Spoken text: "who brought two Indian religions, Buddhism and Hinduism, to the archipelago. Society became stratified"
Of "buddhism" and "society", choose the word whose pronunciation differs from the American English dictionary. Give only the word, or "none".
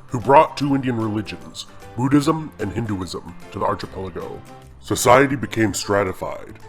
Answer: none